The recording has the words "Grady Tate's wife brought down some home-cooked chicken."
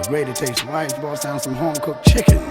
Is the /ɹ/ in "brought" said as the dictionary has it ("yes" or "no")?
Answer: no